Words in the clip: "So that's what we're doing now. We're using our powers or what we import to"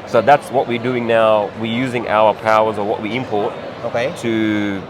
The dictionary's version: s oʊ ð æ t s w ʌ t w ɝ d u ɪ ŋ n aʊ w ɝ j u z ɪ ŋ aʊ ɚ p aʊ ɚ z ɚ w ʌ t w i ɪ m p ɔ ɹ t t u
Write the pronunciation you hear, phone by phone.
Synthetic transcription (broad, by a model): s oʊ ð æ t s w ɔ t w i d u ɪ ŋ n aʊ w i j u z ɪ ŋ aʊ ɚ p aʊ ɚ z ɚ w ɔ t w i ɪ m p ɔ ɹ t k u